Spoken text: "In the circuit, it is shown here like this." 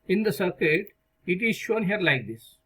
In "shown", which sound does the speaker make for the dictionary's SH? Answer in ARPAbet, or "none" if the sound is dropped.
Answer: SH